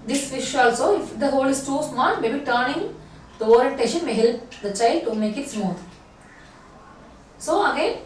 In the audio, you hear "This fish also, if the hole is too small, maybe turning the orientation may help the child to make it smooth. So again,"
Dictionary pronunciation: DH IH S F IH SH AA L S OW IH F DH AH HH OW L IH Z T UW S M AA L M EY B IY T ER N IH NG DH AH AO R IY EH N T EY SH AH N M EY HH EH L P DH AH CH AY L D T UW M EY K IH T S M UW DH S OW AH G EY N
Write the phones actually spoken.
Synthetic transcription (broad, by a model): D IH S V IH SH AA L S OW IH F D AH HH OW L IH S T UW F M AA N M EY B IY T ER N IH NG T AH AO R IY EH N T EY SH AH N M EY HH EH L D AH CH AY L T UW M EY K IH T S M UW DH S OW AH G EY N